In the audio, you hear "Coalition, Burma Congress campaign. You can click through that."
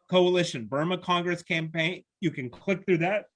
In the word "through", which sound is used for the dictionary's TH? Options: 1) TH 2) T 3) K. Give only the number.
1